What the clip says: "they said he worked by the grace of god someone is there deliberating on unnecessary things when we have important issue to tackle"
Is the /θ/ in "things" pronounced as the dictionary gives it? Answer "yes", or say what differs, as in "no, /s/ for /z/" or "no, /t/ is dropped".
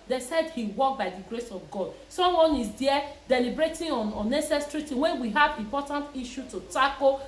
no, /t/ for /θ/